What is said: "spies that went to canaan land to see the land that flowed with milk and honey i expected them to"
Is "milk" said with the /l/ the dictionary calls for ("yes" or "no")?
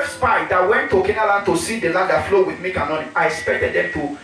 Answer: no